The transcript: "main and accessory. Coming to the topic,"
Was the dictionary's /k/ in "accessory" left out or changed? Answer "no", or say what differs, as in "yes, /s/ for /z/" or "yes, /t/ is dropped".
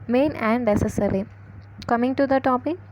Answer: yes, /k/ is dropped